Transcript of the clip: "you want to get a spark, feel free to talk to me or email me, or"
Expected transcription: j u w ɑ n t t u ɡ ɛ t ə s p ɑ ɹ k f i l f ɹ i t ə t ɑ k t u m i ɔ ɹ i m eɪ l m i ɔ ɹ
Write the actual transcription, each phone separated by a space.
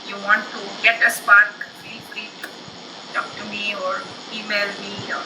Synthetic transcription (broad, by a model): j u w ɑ n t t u ɡ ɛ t ə s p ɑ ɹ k p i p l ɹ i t t ɑ k t u m i ɔ ɹ i m eɪ l m i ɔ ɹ